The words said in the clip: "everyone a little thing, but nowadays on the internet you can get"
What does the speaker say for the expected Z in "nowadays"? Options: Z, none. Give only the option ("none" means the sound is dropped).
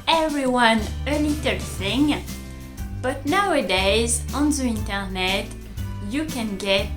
Z